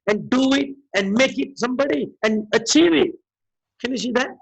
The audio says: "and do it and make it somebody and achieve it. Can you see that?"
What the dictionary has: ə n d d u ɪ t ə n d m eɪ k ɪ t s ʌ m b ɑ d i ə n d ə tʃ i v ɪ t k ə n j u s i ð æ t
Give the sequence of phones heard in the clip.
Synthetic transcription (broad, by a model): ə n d d u ɪ t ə n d m eɪ k ɪ t s ʌ m b ɑ d i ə n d ə tʃ i v ɪ t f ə n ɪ ʃ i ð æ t